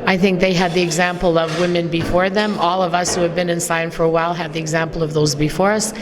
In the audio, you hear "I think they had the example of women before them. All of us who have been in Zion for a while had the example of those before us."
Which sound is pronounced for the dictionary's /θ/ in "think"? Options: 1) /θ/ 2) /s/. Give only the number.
1